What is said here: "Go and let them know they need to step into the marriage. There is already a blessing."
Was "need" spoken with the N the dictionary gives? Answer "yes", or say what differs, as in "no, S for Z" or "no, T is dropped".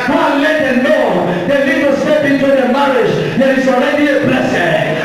no, L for N